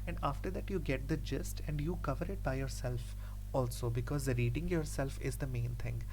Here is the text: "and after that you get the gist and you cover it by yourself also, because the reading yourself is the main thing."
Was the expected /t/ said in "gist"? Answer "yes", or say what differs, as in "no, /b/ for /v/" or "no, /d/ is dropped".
yes